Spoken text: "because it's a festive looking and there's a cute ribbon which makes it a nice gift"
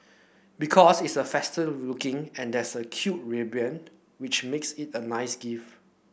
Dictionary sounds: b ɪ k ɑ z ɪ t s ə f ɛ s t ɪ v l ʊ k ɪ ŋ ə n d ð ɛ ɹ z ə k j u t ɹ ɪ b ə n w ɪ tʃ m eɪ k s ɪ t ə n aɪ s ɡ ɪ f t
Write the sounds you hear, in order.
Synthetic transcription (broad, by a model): b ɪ k ɑ s ɪ t s ə f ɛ s t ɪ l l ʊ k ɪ ŋ ə n d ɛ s ə k j u t ɹ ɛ b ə n w ɪ tʃ m eɪ k s ɪ t ə n aɪ s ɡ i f